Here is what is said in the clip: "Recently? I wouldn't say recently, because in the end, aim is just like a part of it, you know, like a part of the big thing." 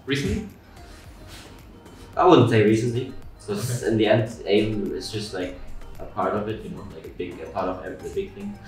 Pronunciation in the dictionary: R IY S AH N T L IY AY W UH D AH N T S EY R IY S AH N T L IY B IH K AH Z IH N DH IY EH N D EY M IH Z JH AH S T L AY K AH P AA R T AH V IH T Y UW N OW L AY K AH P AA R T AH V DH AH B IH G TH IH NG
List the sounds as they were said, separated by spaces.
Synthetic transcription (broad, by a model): R IY S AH N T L IY AY W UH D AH N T S EY R IY S AH N T L IY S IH AH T IH N DH IY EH N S EY M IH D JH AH S T L AY K AH P AA R T AH V IH T Y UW N OW L AY K AH P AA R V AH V DH AH B IH G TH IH NG